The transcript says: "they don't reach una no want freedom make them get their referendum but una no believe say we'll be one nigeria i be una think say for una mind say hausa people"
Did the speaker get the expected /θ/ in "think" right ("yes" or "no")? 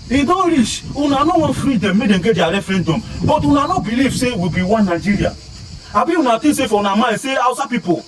no